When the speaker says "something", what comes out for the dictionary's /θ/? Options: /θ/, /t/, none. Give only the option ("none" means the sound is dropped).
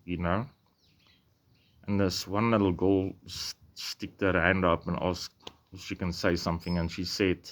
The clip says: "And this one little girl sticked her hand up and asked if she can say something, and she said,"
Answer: /θ/